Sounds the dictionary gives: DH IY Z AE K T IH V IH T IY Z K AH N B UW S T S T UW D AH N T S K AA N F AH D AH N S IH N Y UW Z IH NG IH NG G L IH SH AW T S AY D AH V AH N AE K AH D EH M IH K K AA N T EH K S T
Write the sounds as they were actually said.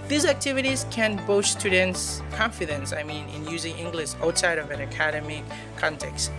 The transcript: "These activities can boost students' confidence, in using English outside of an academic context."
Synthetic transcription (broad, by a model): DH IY Z AE K T IH V IH T IY Z K AH N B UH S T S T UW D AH N T S K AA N F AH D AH N S IH N Y UW Z IH NG IH NG G L IH SH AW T S AY D AH V AH N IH K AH D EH M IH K K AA N T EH K S T